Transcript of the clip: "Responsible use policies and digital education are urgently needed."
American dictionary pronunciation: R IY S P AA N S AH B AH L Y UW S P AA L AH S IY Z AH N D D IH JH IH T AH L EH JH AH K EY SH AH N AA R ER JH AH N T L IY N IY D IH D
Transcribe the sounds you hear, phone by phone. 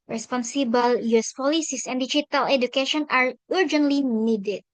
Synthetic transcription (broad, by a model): R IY S P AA N S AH B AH L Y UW S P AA L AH S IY S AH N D D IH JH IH T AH L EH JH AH K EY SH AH N AA R ER JH AH N T L IY N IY D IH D